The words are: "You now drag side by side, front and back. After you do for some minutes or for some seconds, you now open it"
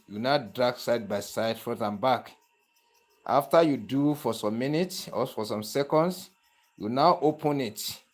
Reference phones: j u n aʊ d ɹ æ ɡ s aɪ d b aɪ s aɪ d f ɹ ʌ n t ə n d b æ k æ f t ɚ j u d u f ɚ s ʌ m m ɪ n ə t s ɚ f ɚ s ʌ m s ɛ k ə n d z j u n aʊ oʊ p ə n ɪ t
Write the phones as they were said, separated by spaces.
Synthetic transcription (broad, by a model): j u n aʊ d ɹ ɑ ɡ s aɪ d b aɪ s aɪ d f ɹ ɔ t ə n b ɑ k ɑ f t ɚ j u d u f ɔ s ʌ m m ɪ n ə t s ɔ f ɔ s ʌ m s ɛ k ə n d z j u n aʊ oʊ p ə n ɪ t